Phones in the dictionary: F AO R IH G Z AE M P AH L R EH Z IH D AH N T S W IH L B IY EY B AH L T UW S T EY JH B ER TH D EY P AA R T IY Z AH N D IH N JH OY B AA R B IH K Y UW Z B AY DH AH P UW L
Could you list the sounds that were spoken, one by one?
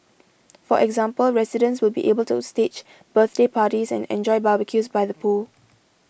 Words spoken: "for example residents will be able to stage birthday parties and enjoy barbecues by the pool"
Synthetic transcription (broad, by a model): F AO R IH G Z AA M P AH L R EH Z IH D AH N S W IH L B IY EY B AH L T UW S T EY CH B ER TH D EY P AA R T IY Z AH N IH N JH OY B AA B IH K Y UW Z B AY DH AH P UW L